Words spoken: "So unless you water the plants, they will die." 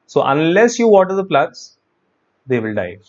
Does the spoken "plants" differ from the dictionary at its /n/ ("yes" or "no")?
yes